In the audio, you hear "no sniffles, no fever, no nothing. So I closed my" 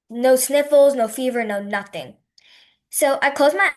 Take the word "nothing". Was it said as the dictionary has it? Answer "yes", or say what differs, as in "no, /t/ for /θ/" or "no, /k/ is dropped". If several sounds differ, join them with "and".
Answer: yes